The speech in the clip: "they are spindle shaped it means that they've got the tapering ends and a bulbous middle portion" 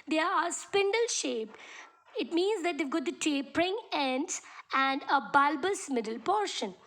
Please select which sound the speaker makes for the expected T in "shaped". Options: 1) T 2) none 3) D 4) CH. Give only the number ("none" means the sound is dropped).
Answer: 2